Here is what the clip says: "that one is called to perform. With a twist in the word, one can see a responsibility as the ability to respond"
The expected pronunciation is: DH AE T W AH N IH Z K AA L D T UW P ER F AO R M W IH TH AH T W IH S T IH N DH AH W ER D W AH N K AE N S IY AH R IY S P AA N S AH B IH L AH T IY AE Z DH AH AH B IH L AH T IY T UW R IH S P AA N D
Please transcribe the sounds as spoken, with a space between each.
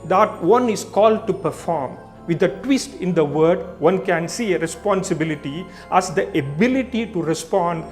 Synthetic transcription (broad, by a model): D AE T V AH N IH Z K AA L D T UW P ER F AO R M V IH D AH T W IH S T IH N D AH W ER D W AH N K AE N S IY AH R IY S P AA N S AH B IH L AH T IY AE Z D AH AH B IH L AH T IY T UW R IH S P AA N D